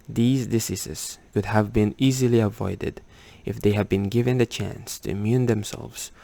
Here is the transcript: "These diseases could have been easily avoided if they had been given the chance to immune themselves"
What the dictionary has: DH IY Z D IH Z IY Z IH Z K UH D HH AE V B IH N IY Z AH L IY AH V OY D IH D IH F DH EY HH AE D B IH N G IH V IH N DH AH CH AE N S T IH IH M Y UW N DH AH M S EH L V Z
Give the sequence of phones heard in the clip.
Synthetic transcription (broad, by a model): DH IY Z D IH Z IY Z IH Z K UH D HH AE V B IH N IY Z AH L IY AH V OY D IH D IH F DH EY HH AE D B IH N G IH V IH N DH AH CH AE N S T IH IH M Y UW N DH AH M S EH L V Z